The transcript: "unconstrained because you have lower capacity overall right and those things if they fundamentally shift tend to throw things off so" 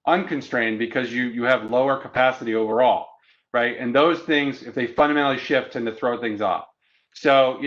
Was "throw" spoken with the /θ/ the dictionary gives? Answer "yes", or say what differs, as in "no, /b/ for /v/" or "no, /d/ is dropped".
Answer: yes